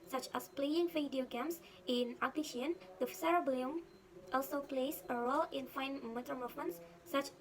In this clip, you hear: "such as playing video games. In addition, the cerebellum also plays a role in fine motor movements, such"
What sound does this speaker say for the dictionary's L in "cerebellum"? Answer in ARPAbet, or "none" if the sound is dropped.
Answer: none